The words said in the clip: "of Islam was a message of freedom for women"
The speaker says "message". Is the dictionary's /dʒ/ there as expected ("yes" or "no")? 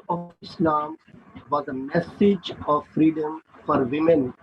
yes